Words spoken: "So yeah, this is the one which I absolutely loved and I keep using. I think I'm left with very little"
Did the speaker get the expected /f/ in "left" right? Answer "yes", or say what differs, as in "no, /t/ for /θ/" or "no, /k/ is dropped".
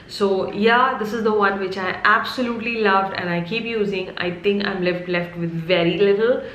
yes